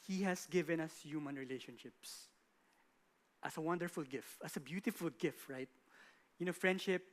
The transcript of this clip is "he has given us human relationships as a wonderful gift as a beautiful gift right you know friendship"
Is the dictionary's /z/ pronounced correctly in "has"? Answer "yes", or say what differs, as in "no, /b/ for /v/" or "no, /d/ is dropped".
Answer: no, /s/ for /z/